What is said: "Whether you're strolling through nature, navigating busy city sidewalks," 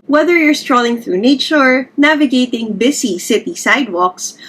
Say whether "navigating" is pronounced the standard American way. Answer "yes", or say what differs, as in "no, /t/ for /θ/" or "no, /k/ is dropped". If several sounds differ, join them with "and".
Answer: yes